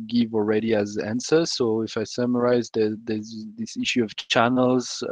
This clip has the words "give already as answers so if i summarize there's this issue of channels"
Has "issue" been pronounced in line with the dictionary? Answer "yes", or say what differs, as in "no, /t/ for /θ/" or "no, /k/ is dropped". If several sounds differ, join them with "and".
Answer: yes